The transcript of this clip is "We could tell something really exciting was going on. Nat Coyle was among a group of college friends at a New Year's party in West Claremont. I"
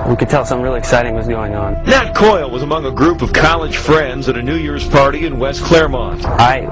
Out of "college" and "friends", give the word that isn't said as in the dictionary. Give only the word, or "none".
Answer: none